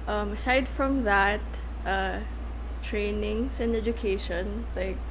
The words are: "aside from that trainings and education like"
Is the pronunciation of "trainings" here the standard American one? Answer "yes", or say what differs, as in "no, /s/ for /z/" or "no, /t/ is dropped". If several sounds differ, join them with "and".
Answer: no, /s/ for /z/